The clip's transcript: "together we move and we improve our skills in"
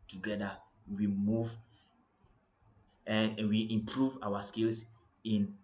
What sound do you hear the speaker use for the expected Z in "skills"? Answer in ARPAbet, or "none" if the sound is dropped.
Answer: S